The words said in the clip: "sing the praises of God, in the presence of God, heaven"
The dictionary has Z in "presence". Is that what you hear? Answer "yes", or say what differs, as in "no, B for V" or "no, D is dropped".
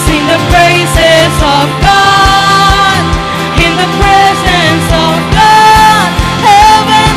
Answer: yes